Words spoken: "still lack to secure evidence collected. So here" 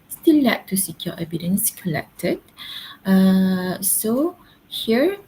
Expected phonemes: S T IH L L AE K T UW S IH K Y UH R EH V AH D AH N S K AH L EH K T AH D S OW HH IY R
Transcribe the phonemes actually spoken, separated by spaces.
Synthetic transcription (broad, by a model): S T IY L L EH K T UW S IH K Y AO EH B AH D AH N S K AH L EH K T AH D S OW HH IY R